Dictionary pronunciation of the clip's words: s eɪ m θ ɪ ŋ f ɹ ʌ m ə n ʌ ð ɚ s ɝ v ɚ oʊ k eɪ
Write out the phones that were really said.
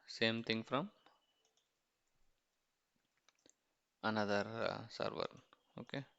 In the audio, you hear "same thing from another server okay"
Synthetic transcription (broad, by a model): s eɪ m t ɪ ŋ f ɹ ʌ m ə n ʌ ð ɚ s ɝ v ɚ oʊ k eɪ